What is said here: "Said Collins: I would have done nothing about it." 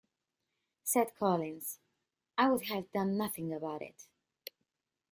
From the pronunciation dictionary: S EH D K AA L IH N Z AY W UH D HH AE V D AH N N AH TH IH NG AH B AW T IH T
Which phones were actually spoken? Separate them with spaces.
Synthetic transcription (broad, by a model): S EH D K AA L IH N Z AY W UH D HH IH V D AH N N AH TH IH NG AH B AW T IH T